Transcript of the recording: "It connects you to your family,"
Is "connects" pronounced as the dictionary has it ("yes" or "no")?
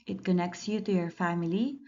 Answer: yes